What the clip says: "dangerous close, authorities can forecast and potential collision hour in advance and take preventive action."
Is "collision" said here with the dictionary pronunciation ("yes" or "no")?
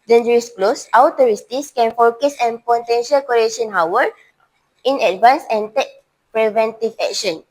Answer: no